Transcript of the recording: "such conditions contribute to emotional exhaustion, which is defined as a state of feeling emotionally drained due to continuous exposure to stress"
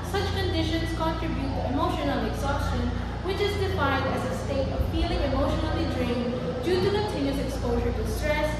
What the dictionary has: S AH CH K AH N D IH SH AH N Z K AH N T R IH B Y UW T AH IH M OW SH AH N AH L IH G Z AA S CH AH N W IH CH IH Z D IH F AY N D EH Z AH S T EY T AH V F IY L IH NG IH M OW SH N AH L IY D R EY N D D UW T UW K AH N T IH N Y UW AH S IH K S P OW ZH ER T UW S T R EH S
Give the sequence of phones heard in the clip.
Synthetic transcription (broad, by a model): S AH CH K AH N D IH SH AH N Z K AH N T R IH B Y UW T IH M OW SH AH N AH L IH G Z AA S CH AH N W IH CH IH Z D IH F AY N D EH Z AH S T EY T AH V F IY L IH NG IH M OW SH N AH L IY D R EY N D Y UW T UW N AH T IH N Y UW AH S IH K S P OW ZH ER T UW S T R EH S